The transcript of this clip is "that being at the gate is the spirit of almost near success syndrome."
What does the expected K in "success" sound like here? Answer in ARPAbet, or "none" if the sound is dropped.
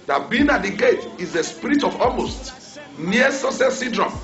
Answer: none